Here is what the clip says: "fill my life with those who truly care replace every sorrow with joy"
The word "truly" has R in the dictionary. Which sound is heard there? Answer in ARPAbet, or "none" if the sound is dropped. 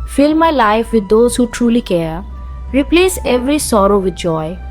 R